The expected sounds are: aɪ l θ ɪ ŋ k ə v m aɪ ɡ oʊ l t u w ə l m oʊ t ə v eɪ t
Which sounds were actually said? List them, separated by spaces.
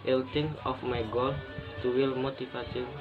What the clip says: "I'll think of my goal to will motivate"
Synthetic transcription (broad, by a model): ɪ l t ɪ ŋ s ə f m aɪ ɡ oʊ l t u w ə l m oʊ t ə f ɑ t